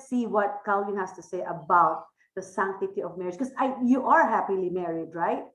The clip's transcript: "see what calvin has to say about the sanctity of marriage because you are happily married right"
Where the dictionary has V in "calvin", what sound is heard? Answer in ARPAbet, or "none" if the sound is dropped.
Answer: none